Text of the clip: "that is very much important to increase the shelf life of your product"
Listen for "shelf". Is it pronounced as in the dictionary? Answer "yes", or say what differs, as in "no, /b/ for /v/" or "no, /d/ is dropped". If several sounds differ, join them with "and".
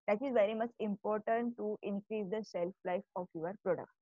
no, /s/ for /ʃ/